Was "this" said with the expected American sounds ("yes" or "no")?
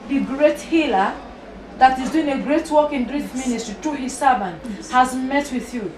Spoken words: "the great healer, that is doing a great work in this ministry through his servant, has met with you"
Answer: no